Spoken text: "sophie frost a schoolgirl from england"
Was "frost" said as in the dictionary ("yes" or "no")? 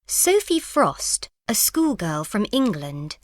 yes